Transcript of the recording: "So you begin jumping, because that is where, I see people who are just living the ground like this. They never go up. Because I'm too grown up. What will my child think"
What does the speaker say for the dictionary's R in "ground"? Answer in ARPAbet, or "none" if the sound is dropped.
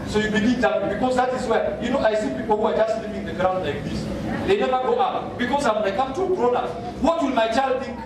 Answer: R